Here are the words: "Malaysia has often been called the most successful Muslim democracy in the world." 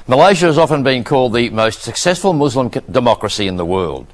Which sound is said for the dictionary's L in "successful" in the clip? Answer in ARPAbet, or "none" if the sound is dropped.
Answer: L